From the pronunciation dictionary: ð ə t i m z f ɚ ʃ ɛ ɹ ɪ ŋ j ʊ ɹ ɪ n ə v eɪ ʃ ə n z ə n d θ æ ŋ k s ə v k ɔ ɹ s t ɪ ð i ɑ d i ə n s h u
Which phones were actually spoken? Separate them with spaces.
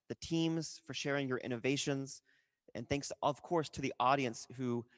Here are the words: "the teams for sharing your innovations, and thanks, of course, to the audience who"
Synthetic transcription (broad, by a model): ð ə t i m z f ɚ ʃ ɛ ɹ ɪ ŋ j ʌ ɹ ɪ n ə v eɪ ʃ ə n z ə n θ æ ŋ k s ə v k ɔ ɹ s t ɪ ð i ɑ d i ə n s h u